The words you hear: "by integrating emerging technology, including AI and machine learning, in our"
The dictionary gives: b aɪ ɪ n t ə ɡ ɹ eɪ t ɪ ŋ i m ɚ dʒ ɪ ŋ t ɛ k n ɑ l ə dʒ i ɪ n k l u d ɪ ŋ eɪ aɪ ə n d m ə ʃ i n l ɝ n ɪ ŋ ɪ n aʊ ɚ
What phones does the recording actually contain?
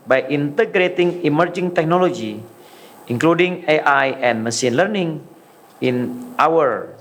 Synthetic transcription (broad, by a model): b aɪ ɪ n t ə ɡ ɹ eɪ t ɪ ŋ i m ɚ dʒ ɪ ŋ t ɛ k n ɑ l ə dʒ i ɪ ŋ k l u d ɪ ŋ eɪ aɪ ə n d m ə s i n l ɝ n ɪ ŋ ɪ n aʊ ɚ